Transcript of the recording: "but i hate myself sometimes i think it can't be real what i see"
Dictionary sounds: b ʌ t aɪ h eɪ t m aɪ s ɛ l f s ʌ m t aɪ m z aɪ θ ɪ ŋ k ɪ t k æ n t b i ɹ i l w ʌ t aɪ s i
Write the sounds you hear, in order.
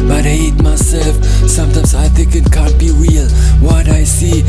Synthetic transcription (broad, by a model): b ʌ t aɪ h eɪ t m aɪ s ɛ l f s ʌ m t aɪ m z aɪ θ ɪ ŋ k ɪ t k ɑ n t b i w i l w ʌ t aɪ s i